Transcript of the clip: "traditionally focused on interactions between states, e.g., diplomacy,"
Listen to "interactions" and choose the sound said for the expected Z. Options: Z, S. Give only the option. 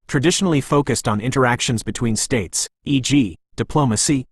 Z